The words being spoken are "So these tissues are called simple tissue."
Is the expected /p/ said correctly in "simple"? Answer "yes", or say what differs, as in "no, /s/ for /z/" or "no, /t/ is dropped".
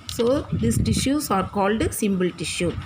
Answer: no, /b/ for /p/